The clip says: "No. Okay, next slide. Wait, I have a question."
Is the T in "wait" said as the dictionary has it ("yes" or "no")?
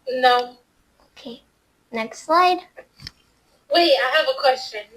no